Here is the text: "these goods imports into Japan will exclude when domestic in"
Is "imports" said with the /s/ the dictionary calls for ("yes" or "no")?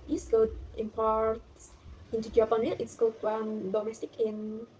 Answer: no